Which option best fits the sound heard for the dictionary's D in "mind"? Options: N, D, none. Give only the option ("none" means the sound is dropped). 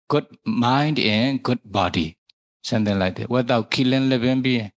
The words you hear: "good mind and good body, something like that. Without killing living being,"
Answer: D